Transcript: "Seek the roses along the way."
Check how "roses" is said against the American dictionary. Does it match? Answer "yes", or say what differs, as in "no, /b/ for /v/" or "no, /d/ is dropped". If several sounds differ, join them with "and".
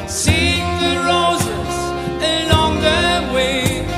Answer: yes